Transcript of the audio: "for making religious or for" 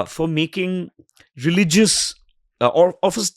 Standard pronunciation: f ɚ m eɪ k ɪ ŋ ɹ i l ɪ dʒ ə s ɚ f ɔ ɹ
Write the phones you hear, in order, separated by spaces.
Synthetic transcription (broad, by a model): f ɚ m eɪ k ɪ ŋ ɹ i l ɪ dʒ ə s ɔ f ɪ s